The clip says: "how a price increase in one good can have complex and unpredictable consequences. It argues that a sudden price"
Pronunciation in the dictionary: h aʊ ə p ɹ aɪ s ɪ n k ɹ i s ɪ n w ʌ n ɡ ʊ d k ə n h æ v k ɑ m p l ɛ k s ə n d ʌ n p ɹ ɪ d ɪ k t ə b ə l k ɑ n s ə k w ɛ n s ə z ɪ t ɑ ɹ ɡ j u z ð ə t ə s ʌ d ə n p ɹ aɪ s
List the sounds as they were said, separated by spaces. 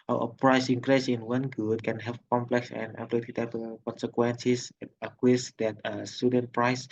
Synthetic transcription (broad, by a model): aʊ ə p ɹ aɪ s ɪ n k ɹ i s ɪ n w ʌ n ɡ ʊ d k ə n h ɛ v k ɑ m p l ɛ k s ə n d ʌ p l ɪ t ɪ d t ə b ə k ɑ n s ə k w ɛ n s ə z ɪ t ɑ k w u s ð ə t ə s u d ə n p ɹ aɪ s